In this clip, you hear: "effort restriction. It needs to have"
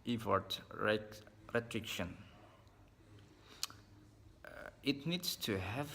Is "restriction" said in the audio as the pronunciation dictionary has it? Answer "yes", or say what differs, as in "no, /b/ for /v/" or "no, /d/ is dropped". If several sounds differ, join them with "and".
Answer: yes